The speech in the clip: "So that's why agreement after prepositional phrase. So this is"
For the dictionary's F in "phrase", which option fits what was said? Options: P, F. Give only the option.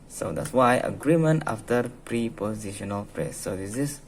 P